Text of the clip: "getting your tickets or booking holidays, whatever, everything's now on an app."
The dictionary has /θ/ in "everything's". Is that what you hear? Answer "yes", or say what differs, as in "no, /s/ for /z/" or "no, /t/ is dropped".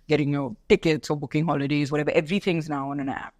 yes